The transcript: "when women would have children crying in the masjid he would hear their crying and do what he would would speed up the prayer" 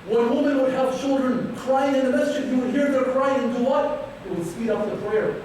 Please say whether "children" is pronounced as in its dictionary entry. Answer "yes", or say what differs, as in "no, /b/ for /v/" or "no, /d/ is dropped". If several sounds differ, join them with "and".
yes